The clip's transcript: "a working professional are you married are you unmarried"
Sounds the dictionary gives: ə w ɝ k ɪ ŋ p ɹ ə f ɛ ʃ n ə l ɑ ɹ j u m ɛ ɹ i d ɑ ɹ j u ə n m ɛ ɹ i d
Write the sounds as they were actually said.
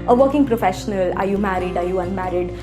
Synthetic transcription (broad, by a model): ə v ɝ k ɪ ŋ p ɹ ə f ɛ ʃ n ə l ɑ ɹ j u m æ ɹ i d ɑ ɹ j u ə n m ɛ ɹ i d